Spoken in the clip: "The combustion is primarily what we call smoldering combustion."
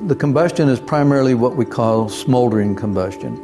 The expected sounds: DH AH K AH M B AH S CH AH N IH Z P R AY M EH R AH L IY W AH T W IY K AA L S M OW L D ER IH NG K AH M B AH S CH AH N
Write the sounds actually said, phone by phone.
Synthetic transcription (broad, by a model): DH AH K AH M B AH S CH AH N IH Z P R AY M EH R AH L IY W AH T W IY K AA L S M OW L D ER IH NG K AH M B AH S CH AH N